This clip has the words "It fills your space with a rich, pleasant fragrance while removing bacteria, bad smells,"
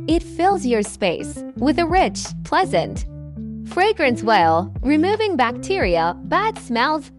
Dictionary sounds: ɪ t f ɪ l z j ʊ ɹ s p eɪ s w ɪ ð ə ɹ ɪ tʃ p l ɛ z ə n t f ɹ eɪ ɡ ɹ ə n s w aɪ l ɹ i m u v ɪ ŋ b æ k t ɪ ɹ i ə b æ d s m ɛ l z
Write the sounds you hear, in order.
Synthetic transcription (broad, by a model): ɪ t f ɪ l z j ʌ ɹ s p eɪ s w ɪ ð ə ɹ ɪ tʃ p l ɛ z ə n t f ɹ eɪ ɡ ɹ ə n s w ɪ l ɹ i m u v ɪ ŋ b æ k t ɪ ɹ i ə b æ d s m ɛ l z